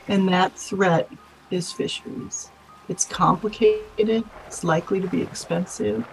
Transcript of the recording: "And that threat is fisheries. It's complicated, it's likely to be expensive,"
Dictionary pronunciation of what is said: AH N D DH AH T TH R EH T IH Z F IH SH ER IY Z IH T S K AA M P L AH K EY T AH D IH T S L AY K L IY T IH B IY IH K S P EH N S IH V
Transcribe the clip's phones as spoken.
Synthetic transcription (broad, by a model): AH N DH AH T TH R EH T IH Z F IH SH ER IY Z IH T S K AA M P L AH K EY T AH D IH T S L AY K L IY T IH B IY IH K S P EH N S IH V